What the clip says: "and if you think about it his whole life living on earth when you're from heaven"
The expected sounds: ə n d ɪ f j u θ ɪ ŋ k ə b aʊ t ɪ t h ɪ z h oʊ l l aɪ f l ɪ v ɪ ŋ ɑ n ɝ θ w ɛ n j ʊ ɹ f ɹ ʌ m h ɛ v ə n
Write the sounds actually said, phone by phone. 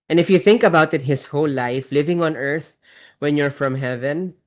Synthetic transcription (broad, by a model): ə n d ɪ f j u θ ɪ ŋ k ə b aʊ t ɪ t h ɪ s h oʊ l l aɪ f l ɪ v ɪ ŋ ɑ n ɝ θ w ɛ n j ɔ ɹ f ɹ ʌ m h ɛ v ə n